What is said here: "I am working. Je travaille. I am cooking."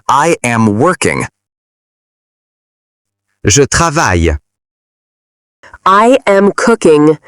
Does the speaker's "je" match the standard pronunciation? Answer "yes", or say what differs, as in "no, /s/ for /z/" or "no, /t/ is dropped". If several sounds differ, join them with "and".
no, /ʒ/ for /dʒ/